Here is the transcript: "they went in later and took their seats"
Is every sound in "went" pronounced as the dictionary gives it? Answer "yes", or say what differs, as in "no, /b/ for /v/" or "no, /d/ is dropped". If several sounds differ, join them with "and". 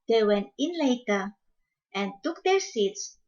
no, /t/ is dropped